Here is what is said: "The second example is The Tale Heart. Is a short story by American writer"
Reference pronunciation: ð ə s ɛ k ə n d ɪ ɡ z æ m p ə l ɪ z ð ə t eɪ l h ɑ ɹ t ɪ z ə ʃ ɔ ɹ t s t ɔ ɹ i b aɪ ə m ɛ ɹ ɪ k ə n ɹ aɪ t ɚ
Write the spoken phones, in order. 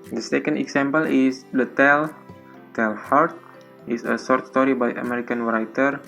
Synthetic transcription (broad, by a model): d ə s ɛ k ə n d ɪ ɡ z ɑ m p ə l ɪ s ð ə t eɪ l h ɑ ɹ t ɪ s ə s ɔ ɹ t s t ɔ ɹ i b aɪ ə m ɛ ɹ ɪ k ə n ɹ aɪ t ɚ